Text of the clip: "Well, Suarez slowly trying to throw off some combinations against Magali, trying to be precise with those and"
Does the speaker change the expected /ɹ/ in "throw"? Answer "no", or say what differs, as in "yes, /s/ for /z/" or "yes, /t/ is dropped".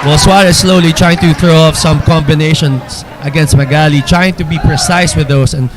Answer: no